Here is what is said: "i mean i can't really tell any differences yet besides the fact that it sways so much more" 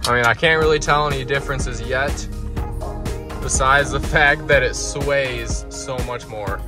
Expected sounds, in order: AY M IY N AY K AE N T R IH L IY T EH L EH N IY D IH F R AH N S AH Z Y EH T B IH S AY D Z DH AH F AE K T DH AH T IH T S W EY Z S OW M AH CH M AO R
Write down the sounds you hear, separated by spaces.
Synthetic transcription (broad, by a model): AY M IY N AY K AE N T R IH L IY T EH L EH N IY D IH F R AH N S AH Z Y EH T B IH S AY D Z DH AH F AE K T DH AH T IH T S W EY Z S OW M AH CH M AO R